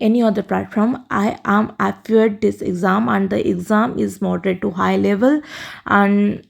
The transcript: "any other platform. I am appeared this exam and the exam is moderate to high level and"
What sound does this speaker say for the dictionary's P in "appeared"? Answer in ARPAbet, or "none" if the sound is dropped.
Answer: F